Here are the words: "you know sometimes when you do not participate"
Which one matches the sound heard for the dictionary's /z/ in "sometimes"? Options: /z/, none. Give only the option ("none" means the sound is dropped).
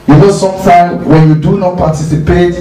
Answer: none